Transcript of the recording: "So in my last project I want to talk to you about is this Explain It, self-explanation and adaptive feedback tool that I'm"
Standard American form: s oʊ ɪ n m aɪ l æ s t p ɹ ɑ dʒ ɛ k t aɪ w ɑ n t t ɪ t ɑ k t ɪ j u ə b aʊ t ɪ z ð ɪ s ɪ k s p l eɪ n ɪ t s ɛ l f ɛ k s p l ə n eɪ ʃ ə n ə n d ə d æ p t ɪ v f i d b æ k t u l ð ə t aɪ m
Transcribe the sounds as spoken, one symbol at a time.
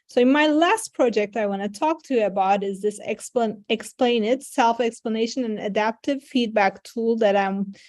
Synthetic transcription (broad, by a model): s oʊ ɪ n m aɪ l æ s t p ɹ ɑ dʒ ɛ k t aɪ w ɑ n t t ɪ t ɑ k t ɪ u ə b aʊ t ɪ z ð ɪ s ɪ k s p l eɪ n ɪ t s ɛ l f ɛ k s p l ə n eɪ ʃ ə n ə n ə d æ p t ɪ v f i d b æ k t u l ð ə t aɪ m